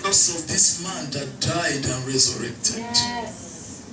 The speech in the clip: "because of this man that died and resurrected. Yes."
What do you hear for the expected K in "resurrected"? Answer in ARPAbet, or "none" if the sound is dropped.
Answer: K